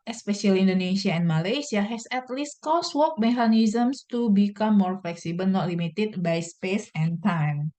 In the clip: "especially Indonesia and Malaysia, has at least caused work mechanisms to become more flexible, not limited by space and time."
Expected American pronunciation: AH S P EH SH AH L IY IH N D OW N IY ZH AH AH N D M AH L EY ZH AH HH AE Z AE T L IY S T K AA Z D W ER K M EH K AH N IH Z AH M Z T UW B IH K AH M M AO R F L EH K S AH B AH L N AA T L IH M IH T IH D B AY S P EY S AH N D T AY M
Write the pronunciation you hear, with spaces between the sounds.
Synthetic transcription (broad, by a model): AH S P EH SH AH L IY N D OW N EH S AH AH N M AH L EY S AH HH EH S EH T L IY S T K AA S W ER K M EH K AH N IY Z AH M S T UW B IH K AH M M AO R F L EH K S AH B AH L N AA T L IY M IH T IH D B AY S P EY S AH N T AY M